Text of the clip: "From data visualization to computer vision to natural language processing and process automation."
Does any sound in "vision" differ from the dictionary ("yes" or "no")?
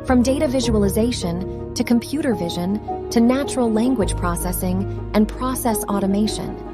no